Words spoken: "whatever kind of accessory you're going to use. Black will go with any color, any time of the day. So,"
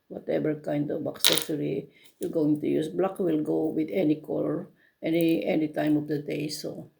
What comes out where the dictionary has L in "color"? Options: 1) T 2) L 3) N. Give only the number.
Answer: 3